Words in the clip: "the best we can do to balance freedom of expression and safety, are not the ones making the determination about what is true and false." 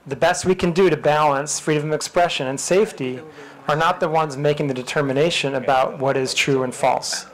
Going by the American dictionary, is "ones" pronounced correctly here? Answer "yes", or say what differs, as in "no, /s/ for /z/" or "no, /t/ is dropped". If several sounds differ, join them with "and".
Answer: yes